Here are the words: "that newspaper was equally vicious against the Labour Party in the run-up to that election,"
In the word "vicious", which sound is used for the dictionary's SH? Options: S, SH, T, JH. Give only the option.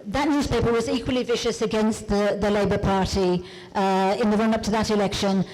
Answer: SH